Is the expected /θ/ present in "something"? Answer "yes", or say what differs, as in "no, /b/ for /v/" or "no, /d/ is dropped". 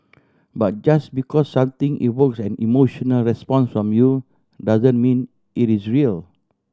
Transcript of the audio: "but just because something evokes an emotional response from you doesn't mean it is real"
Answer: no, /t/ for /θ/